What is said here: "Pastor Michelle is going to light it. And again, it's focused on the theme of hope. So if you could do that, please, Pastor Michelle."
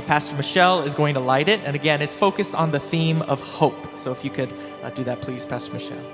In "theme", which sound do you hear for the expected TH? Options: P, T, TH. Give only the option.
TH